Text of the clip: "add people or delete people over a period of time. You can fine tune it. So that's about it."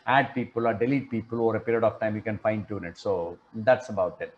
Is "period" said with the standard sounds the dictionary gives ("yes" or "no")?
yes